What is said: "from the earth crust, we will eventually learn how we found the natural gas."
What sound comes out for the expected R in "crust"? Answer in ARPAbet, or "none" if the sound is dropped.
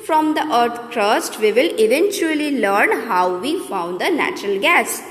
R